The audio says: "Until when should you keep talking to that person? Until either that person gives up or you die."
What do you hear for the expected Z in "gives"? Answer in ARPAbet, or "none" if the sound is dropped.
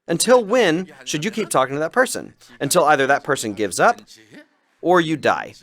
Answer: Z